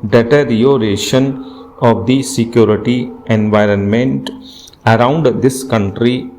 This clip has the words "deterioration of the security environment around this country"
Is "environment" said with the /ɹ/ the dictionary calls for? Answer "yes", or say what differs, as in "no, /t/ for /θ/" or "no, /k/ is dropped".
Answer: yes